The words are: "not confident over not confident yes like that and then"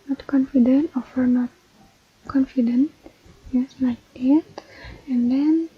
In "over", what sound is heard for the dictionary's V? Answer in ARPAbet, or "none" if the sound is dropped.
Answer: F